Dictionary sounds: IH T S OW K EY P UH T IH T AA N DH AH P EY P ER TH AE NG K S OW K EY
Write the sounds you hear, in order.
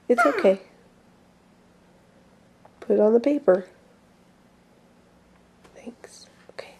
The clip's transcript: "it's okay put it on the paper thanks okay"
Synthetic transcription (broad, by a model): IH T S OW K EY P UH T IH T N DH AH P EY P ER TH AE NG K S OW K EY